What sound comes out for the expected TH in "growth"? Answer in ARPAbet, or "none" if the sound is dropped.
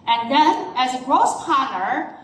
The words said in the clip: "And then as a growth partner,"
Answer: S